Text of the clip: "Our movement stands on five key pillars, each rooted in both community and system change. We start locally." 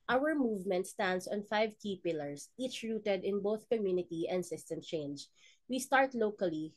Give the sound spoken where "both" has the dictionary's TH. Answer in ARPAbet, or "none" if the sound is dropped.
TH